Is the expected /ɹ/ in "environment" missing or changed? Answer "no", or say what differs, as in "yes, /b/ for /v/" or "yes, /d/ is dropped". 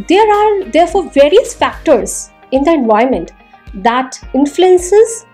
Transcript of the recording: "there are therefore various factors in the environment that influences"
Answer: yes, /ɹ/ is dropped